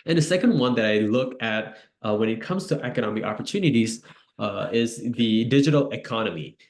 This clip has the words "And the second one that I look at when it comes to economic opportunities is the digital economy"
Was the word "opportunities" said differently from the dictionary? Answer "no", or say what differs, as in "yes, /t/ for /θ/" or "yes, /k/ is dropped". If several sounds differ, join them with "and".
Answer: no